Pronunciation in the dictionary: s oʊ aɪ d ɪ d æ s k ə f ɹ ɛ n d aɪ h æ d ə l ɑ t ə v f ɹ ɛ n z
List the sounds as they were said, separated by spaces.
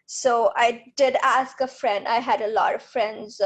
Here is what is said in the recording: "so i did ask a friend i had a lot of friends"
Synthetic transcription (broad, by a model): s oʊ aɪ d ɪ d æ s k ə f ɹ ɛ n d aɪ h æ d ə l ɑ t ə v f ɹ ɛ n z